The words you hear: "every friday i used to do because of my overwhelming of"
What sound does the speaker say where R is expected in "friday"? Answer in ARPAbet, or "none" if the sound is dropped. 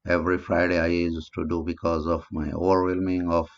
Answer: R